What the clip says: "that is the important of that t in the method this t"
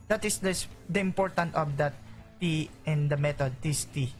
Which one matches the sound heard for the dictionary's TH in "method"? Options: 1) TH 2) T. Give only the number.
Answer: 2